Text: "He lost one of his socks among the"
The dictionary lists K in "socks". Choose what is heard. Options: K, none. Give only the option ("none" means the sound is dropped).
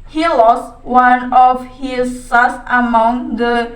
none